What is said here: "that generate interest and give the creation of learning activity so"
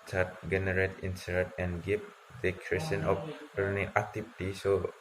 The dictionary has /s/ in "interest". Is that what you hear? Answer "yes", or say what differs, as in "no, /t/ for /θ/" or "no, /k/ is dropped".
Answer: no, /s/ is dropped